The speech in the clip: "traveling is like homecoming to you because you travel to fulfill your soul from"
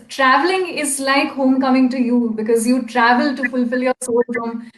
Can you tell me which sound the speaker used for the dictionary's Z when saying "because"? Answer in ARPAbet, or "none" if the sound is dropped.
Z